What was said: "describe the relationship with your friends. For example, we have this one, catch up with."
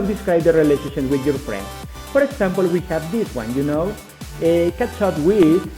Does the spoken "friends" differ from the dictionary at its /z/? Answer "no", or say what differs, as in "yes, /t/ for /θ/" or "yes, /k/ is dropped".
yes, /s/ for /z/